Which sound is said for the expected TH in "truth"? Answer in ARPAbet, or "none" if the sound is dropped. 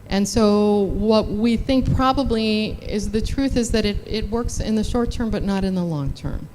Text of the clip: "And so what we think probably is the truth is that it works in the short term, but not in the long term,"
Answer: TH